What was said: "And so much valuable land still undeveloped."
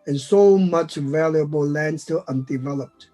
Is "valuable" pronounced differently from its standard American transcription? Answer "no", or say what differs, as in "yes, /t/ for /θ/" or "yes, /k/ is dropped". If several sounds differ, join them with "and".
no